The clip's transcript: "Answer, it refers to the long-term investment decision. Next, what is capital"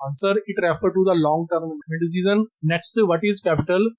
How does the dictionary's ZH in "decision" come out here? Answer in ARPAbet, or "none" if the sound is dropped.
Z